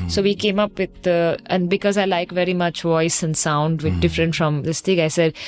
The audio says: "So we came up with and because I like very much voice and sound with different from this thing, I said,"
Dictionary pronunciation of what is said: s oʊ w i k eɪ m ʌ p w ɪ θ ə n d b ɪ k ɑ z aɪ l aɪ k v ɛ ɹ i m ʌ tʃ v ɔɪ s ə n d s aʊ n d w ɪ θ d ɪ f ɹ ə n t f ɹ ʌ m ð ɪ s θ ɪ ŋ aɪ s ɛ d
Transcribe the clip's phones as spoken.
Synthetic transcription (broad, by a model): s oʊ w i k eɪ m ʌ p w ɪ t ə n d b ɪ k ɑ z aɪ l aɪ k v ɛ ɹ i m ʌ tʃ v ɔɪ s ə n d s aʊ n d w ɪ d ɪ f ɹ ə n t f ɹ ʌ m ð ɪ s t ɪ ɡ aɪ s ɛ d